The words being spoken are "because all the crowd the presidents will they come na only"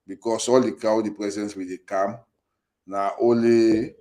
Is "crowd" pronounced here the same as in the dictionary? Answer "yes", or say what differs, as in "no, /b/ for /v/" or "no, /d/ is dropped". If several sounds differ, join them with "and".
no, /ɹ/ is dropped